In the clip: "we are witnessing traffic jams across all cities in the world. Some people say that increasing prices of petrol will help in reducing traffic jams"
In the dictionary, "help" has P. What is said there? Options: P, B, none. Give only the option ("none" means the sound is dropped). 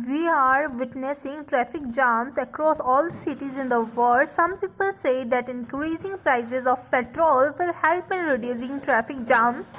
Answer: P